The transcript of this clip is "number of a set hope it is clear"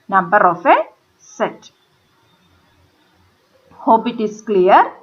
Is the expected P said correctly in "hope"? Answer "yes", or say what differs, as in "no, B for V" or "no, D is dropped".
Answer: no, B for P